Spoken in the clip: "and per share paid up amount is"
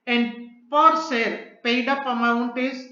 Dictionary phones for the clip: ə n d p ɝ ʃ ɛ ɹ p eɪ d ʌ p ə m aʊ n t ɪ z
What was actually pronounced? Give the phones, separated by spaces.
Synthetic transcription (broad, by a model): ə n d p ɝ s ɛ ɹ p eɪ d ʌ p ə m aʊ n t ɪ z